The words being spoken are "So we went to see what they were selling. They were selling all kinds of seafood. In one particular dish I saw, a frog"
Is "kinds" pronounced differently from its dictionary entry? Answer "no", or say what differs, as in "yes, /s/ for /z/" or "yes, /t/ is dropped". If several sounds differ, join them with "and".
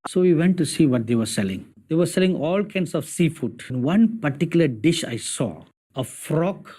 yes, /s/ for /z/